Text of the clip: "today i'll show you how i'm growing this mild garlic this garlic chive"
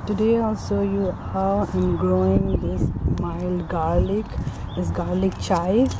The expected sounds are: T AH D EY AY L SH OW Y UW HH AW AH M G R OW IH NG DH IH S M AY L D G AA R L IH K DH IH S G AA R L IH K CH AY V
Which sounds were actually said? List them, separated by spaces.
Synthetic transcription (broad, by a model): T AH D EY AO L S OW Y UW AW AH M G R OW IH NG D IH S M AY L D G AA R L IH K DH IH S G AA R L IH K CH AY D